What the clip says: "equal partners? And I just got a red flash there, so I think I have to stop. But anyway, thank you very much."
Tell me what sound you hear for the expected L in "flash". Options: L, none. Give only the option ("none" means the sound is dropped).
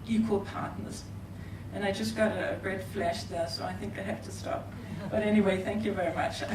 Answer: L